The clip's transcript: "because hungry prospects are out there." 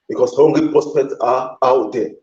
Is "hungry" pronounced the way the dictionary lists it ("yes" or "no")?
no